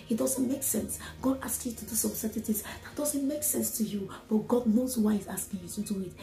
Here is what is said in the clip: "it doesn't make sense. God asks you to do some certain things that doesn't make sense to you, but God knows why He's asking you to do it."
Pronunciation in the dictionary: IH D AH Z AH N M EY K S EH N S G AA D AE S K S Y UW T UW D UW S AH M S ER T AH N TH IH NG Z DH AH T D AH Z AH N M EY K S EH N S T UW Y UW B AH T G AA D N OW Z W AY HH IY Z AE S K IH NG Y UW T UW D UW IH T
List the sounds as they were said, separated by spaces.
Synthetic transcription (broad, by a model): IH D AH Z AH N M EY K S EH N S G AA D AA S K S Y UW T UW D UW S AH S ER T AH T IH Z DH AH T D AH Z AH N M EY K S EH N S T UW Y UW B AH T G AA D N OW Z W AY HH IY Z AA S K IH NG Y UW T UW D UW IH T